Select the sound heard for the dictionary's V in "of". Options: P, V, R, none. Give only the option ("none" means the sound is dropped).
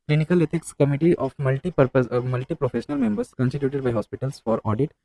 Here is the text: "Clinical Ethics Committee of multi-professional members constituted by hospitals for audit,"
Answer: P